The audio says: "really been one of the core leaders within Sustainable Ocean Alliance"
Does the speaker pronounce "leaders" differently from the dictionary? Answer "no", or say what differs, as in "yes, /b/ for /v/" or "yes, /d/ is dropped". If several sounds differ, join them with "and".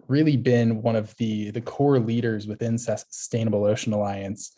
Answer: no